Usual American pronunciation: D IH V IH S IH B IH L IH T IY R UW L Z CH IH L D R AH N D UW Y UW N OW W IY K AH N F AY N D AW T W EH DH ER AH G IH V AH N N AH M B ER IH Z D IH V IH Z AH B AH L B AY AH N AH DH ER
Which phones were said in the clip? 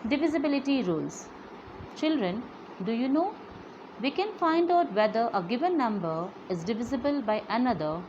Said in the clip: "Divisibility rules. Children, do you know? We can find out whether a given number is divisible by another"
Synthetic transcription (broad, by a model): D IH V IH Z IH B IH L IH T IY R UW L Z CH IH L D R AH N D UW Y UW N OW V IY K AH N F AY N D AW T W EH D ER AH G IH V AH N N AH M B ER IH Z D IH V IH Z AH B AH L B AY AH N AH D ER